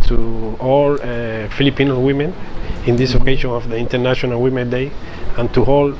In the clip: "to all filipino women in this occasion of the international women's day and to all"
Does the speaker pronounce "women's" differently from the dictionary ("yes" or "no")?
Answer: yes